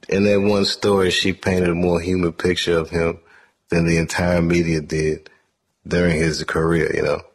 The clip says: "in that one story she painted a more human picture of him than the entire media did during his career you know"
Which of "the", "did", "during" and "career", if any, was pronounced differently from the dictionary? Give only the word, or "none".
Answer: none